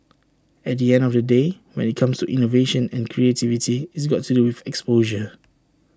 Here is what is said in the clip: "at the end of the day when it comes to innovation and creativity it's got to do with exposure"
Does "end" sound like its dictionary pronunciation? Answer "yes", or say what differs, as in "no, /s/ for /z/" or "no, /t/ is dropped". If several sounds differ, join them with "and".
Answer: yes